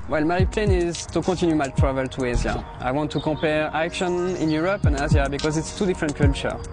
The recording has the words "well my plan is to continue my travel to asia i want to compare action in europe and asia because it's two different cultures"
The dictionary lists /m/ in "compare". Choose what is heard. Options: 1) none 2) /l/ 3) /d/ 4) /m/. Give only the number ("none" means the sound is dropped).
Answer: 1